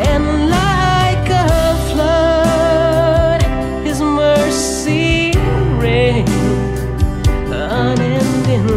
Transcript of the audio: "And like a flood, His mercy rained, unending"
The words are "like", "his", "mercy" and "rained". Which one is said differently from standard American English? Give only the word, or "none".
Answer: rained